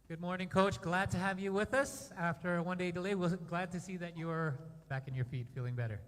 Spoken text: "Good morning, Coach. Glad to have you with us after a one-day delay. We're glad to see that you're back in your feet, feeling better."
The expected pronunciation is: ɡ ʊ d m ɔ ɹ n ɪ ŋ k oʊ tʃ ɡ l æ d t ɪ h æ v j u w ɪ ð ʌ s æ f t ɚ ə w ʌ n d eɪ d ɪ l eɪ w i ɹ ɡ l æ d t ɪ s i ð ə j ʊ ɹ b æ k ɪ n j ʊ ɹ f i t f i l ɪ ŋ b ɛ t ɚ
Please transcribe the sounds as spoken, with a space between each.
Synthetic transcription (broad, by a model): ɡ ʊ d m ɔ ɹ n ɪ ŋ k oʊ tʃ ɡ l æ d t ɪ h v j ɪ w ɪ ð ʌ s æ f t ɚ ə w ʌ n d eɪ d ɪ l eɪ w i l ɡ l æ d t ɪ s i ð ə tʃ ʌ ɹ b æ k ɪ n j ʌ ɹ f i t f i l ɪ ŋ b ɛ t ɚ